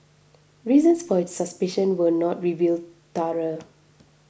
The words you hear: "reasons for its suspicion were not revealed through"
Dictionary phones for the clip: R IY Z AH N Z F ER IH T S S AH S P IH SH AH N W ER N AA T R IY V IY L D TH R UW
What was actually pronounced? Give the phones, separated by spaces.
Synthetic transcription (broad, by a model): R IY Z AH N S F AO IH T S S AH S P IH SH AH N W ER N AA T R IY V IY L D T R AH